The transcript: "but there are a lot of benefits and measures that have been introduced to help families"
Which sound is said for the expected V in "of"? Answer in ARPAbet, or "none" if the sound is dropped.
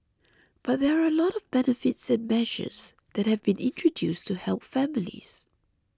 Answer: V